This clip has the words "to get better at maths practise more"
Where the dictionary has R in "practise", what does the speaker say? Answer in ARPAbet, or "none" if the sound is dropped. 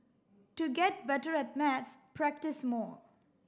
R